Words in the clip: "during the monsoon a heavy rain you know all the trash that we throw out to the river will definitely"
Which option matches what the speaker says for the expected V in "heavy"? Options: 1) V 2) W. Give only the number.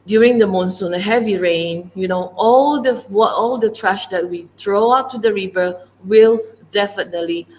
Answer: 1